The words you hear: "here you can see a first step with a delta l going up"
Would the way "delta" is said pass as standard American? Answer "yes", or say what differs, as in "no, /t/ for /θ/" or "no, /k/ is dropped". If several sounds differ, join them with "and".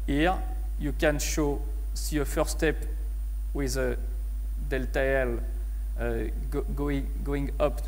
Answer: yes